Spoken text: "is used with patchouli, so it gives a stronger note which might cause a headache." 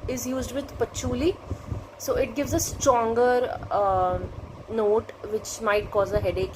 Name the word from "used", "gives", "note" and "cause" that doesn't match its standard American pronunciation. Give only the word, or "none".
none